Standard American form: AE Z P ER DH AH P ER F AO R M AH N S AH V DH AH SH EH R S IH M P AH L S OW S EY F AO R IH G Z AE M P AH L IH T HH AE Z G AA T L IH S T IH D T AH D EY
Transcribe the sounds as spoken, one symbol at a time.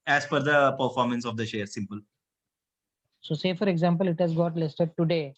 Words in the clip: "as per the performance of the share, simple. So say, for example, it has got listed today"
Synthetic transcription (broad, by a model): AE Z F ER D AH P ER F AO R M AH N S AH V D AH SH EH R S IH M P AH L S OW S EY F AO R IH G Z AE M P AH L IH T HH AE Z G AA T L IH S T IH D T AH D EY